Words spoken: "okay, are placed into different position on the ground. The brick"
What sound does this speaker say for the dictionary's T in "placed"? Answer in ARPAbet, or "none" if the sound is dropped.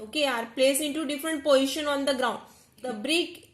none